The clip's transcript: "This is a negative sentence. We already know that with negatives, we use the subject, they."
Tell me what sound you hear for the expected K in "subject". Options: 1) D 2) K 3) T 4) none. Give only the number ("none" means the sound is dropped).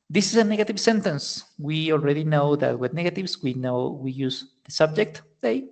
2